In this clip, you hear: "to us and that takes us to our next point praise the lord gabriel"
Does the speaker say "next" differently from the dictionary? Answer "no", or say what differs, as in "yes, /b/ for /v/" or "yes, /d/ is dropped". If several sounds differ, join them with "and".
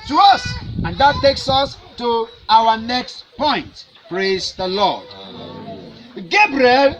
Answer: no